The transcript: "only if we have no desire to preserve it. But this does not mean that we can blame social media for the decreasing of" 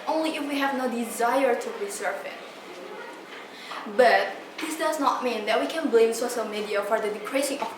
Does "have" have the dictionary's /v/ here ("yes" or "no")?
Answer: yes